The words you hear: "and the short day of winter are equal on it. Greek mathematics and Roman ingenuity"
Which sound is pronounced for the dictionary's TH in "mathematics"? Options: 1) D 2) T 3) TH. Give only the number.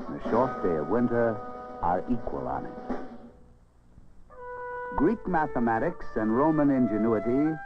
3